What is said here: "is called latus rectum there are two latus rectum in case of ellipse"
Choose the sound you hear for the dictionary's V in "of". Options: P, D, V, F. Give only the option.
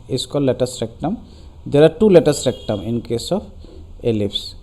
P